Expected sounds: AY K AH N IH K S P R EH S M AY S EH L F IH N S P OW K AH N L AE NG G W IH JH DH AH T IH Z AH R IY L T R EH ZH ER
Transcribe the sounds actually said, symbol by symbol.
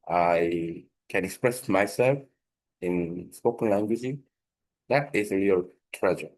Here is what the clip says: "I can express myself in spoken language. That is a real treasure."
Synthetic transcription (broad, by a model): AY K AH N IH K S P R EH S M AY S EH L F IH N S P OW K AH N L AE NG G W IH JH DH AH T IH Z AH R IY L T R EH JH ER